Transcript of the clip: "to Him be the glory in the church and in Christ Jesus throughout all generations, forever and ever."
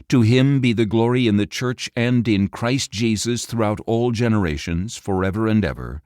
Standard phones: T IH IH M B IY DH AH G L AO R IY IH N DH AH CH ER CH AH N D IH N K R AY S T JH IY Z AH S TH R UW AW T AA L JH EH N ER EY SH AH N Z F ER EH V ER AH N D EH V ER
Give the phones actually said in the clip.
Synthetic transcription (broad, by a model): T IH IH M B IY DH AH G L AO R IY IH N DH AH CH ER CH AH N D IH N K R AY S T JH IY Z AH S TH R UW AW T AA L JH EH N ER EY SH AH N Z F ER EH V ER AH N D EH V ER